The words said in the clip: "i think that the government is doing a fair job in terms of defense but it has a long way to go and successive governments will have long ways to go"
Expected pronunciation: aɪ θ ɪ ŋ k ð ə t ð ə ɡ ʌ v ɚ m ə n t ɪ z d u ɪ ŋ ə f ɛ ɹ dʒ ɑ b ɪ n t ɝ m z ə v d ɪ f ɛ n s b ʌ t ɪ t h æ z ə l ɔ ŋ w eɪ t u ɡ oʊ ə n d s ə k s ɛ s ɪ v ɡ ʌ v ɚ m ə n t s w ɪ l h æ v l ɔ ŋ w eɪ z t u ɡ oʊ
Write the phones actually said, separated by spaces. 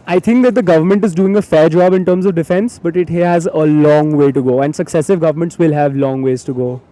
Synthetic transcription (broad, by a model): aɪ t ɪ ŋ k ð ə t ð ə ɡ ʌ v ɚ m ə n t ɪ z d u ɪ ŋ ə f ɛ ɹ dʒ ɑ b ɪ n t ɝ m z ə v d ɪ f ɛ n s b ʌ t ɪ t h æ z ə l ɔ ŋ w eɪ t u ɡ oʊ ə n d s ə k s ɛ s ɪ v ɡ ʌ v ɚ m ə n t s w ɪ l h æ v l ɔ ŋ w eɪ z t u ɡ oʊ